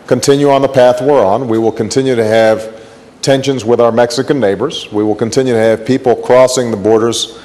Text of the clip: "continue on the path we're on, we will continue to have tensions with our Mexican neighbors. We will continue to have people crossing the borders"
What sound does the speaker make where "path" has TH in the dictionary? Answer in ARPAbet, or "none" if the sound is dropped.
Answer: TH